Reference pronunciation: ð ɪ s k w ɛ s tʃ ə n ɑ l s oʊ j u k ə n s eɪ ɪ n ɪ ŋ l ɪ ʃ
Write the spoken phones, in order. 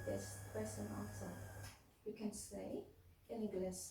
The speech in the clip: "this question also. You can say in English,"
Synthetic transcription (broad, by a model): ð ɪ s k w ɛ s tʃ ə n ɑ n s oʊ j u k ə n s eɪ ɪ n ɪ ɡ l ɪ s